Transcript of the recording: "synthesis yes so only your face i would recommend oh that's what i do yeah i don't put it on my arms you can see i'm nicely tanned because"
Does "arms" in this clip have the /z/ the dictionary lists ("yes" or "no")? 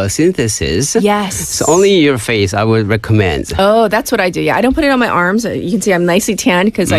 yes